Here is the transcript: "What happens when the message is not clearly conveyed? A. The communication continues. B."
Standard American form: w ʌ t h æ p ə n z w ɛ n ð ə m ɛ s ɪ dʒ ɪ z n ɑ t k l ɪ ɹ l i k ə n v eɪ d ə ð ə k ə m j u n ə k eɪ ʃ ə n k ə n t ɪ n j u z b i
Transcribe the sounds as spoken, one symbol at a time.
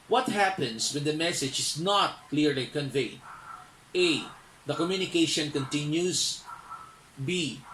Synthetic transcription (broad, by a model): w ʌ t h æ p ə n s w ɛ n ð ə m ɛ s ɪ dʒ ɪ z n ɑ t k l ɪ ɹ l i k ə n v eɪ d ə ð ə k ə m j u n ə k eɪ ʃ ə n k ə n t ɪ n j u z b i